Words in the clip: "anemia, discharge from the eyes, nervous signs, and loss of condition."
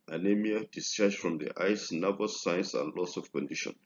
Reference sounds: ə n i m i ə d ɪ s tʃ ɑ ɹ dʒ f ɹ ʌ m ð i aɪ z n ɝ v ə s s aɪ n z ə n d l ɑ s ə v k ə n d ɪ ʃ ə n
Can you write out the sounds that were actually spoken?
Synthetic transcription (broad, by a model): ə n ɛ m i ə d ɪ s tʃ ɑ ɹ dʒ f ɹ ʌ m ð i aɪ s n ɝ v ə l s aɪ n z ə n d l ɑ s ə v k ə n d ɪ ʃ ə n